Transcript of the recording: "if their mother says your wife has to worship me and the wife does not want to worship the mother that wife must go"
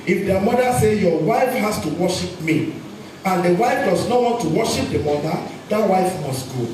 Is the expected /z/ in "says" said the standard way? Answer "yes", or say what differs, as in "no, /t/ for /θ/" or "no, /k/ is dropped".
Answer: no, /z/ is dropped